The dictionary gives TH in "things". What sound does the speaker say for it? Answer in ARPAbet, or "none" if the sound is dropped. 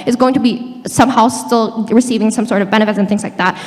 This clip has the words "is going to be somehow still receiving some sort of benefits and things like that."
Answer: TH